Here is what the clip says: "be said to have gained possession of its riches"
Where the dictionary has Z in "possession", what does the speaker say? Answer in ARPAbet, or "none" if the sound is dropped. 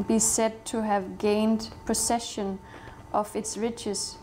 S